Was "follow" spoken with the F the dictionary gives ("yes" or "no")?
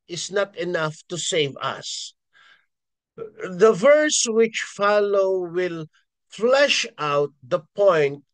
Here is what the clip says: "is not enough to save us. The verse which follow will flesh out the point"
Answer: yes